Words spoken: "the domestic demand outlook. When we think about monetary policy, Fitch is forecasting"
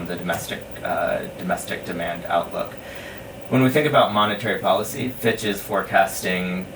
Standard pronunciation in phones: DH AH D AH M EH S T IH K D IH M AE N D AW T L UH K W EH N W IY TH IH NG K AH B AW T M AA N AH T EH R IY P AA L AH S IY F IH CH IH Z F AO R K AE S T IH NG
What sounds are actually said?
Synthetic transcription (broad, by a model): DH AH D AH M EH S T IH K D IH M AE N D AW T L UH K W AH N W IY TH IH NG K AH B AW T M AA N AH T EH R IY P AA L AH S IY F IH CH IH Z F AO R K AE S T IH NG